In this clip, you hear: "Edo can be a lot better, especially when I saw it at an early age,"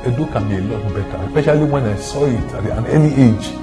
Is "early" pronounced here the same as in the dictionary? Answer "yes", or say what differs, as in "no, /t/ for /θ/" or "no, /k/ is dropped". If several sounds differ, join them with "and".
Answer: no, /n/ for /l/